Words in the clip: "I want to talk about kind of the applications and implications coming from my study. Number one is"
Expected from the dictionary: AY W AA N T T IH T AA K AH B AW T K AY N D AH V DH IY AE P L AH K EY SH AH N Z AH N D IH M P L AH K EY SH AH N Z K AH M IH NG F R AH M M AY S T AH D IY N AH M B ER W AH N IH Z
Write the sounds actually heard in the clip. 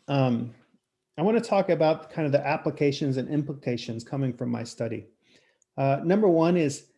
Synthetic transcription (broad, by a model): AY W AA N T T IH T AA K AH B AW T K AY N D AH V DH IY AE P L AH K EY SH AH N Z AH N IH M P L AH K EY SH AH N Z K AH M IH NG F R AH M M AY S T AH D IY N AH M B ER W AH N IH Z